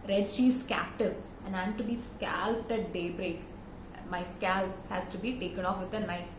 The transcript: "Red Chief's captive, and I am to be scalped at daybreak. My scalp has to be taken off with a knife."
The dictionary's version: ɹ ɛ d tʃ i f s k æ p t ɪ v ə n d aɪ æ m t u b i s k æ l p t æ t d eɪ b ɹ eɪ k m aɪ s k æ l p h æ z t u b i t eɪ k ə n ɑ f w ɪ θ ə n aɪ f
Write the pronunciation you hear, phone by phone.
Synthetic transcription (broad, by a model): ɹ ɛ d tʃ i s k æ p t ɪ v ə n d aɪ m t u b i s k æ l p t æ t d eɪ b ɹ eɪ k m aɪ s k æ l p h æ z t u b i t eɪ k ə n ɑ f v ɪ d ə n aɪ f